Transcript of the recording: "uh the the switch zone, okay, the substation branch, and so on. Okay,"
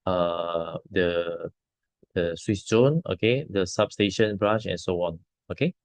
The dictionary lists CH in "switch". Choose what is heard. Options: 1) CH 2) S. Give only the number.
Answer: 2